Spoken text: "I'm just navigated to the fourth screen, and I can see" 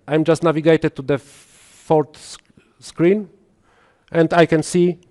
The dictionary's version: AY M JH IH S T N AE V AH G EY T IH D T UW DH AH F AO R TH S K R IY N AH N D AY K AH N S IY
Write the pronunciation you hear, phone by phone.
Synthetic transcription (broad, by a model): AY M JH IH S T N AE V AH G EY T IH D T UW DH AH F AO R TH S K R IY N AH N D AY K AH N S IY